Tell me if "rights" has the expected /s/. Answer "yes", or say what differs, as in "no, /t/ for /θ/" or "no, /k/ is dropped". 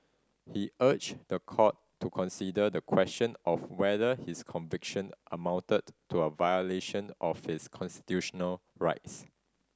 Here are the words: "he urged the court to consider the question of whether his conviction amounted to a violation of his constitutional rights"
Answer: yes